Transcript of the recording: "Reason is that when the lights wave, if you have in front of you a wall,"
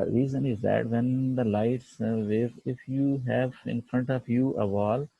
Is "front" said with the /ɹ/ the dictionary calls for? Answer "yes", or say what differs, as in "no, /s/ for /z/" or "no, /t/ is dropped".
yes